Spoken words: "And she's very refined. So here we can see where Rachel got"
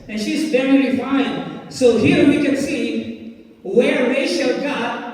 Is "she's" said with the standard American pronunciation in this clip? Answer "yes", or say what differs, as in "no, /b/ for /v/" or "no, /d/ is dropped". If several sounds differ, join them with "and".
yes